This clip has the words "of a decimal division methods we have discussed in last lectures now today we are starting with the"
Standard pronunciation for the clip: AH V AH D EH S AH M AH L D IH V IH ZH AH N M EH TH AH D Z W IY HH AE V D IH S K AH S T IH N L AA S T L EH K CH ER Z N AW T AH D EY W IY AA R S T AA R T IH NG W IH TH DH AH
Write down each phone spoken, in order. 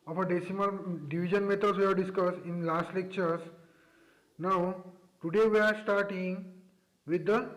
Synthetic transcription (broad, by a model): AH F AH D EH S AH M AH L D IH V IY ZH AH N M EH T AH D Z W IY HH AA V D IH S K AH S IH N L AA S T L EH K CH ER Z N AW T AH D EY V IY AA R S T AA R T IH NG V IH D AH